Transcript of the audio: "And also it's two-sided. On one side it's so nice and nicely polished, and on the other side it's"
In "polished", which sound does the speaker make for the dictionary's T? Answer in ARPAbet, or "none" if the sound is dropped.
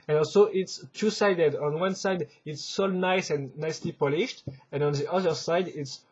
T